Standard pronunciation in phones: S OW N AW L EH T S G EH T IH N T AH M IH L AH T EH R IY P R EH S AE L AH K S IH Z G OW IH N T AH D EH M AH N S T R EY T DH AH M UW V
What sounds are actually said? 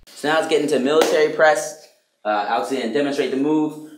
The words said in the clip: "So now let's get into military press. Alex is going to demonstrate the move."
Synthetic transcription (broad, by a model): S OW N AW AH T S G EH T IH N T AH M IH L AH T EH R IY P R EH S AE AH S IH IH N D EH M AH N S T R EY T DH AH M UW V